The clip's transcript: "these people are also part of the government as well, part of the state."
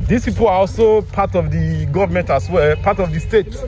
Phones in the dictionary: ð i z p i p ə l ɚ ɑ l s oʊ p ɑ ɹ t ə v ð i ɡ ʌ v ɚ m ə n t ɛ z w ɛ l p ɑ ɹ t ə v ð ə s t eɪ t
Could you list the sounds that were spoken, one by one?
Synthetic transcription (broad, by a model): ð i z p i p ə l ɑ ɑ l s oʊ p ɑ t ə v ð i ɡ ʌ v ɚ m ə n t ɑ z w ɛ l p ɑ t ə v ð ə s t eɪ t